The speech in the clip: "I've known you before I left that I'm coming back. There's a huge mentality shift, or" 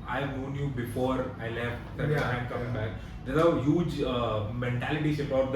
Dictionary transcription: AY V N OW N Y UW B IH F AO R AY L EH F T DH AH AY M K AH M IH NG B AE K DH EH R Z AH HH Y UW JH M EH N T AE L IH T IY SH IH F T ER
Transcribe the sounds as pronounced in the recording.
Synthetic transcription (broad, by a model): AY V N OW N Y UW B IH F AO R AY L EH F T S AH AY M K AH M IH NG B AE K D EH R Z AH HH Y UW JH M EH N T AE L IH T IY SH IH P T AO